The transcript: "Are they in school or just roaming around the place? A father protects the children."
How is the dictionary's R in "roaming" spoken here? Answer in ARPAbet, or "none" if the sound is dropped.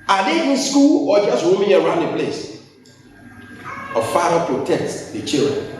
W